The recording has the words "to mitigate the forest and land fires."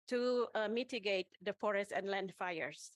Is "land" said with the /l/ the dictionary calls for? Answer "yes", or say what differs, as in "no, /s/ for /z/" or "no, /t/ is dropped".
yes